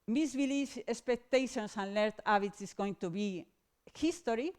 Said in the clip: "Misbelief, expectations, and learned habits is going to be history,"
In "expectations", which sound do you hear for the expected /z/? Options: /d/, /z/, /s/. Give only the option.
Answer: /s/